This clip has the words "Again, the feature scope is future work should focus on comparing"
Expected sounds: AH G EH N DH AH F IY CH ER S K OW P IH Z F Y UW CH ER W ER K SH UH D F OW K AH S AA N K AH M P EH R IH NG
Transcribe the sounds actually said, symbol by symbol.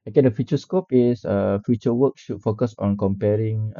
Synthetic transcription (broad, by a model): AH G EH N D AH F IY CH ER S K OW P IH S F Y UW CH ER W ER K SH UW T F OW K AH S AA N K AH M P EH R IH NG